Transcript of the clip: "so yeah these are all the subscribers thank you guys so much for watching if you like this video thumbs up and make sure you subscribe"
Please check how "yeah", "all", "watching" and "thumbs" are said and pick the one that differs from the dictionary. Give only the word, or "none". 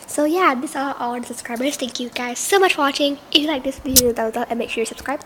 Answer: thumbs